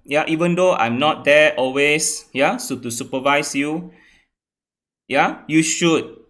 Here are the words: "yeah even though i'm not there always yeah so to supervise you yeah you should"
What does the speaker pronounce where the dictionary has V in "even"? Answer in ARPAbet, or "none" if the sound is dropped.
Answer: V